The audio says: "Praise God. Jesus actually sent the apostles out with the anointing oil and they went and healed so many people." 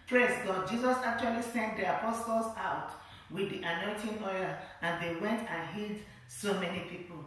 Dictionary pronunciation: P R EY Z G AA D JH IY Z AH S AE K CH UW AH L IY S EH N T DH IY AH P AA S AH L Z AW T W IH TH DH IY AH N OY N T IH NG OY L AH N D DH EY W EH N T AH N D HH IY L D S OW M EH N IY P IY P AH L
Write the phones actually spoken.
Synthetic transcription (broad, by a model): P R EY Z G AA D JH IY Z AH S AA K CH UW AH L IY S EH N T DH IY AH P AA S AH L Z AW T W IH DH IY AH N OY N T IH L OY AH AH N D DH EY W EH N T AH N HH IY D S OW M EH N IY P IY P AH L